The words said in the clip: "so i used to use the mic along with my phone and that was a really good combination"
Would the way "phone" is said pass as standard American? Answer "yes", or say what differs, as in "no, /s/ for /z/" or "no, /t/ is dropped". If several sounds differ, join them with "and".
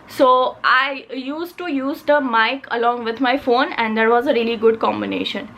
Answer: yes